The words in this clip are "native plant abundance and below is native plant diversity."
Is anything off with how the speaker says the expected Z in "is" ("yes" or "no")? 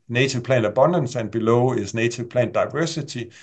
yes